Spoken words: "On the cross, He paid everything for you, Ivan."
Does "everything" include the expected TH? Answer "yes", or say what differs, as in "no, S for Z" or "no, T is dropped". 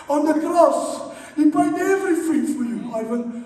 no, F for TH